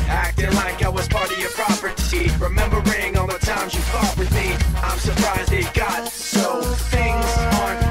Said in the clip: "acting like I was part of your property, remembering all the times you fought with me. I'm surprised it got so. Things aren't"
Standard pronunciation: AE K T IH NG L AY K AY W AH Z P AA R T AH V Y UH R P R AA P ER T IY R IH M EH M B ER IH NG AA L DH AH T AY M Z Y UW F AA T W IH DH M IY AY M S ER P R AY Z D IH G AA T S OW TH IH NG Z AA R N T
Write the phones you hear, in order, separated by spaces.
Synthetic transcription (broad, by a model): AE K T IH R L AY K AY W AH Z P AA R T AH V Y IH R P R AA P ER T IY R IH M EH M B ER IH NG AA N DH AH T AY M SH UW F AA T W IH DH M IY AY M S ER P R AY Z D IH G AA T S OW TH IH NG Z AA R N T